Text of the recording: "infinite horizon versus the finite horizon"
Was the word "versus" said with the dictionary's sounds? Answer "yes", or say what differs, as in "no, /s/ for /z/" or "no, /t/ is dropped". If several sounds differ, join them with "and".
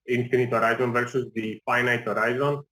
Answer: yes